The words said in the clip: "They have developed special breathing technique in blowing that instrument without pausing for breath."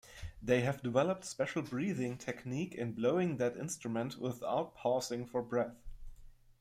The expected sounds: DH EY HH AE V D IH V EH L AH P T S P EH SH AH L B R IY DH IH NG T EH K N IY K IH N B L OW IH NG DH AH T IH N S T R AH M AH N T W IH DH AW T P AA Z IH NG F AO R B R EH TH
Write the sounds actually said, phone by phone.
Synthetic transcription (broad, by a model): DH EY HH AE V D IH V EH L AH P T S P EH SH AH L B R IY DH IH NG T EH K N IY K IH N B L OW IH NG DH AH T IH N S T R AH M AH N T W IH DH AW T P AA S IH NG F AO R B R EH TH